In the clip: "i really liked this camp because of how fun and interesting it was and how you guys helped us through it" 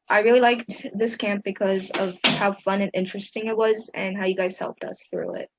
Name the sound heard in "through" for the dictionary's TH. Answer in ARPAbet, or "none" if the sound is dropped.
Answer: TH